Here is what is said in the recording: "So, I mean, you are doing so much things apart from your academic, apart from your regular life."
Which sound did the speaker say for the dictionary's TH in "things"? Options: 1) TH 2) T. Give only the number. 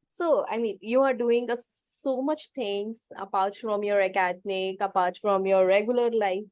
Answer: 2